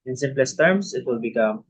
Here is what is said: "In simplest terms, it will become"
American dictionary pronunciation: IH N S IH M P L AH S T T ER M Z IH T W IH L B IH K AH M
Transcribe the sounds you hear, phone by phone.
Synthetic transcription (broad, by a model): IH N S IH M P L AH S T T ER M S IH T W IH L B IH K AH M